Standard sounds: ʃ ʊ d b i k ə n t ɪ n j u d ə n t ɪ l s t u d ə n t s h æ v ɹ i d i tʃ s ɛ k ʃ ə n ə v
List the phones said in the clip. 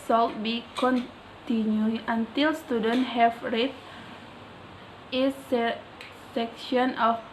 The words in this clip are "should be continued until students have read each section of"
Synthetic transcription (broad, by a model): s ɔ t b i k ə n t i n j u ə n t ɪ l s t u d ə n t h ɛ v ɹ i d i s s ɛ k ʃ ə n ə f